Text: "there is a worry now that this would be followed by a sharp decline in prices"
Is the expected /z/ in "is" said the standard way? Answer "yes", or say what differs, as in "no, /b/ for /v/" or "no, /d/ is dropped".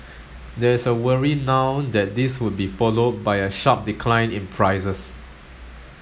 no, /s/ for /z/